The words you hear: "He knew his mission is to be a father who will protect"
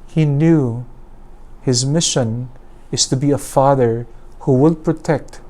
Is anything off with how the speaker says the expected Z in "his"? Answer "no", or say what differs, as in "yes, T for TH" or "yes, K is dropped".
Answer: no